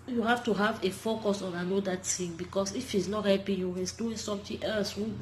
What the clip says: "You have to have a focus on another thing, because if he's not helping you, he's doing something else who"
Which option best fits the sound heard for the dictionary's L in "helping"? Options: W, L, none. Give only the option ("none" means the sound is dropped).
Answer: none